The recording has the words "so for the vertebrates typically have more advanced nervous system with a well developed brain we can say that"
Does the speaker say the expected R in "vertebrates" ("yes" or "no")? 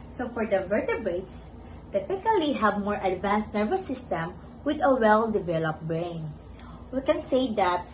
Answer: no